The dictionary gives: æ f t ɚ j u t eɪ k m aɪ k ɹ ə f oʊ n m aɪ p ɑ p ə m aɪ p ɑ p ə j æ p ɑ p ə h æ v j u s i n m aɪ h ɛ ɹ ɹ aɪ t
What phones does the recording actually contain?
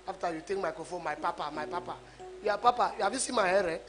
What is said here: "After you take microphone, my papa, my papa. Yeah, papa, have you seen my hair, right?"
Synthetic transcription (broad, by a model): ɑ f t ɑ j u t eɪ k m aɪ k ə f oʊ m aɪ p ɑ p ə m aɪ p ɑ p ə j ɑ p ɑ p ə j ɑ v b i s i m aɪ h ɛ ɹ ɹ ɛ